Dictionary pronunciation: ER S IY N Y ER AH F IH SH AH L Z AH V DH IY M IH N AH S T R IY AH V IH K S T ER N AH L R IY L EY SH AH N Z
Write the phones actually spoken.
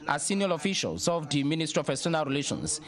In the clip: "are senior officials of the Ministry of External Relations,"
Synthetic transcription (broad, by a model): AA S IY N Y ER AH F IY SH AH L S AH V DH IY M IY N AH S T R IY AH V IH S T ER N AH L R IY L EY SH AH N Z